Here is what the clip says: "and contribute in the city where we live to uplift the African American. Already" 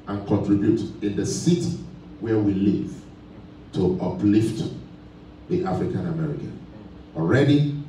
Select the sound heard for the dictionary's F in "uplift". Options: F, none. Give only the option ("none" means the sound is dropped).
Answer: F